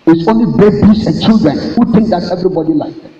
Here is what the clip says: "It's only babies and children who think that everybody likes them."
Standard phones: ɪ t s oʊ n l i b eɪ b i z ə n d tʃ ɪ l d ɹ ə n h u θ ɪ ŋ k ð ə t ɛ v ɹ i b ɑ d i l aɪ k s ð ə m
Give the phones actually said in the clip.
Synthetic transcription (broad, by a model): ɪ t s oʊ n l i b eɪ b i s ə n tʃ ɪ l d ɹ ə n h u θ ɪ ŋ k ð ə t ɛ v ɹ i b ɑ d i l aɪ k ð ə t